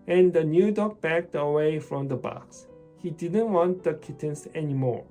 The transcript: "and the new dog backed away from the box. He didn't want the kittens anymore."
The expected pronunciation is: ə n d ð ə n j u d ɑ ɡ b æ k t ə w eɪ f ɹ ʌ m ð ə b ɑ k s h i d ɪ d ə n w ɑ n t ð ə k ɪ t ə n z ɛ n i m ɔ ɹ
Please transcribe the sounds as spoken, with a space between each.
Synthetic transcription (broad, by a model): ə n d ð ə n j u d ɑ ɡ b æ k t ə w eɪ f ɹ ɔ m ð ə b ɑ k s h i d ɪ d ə n w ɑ n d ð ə k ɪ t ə n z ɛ n i m ɔ ɹ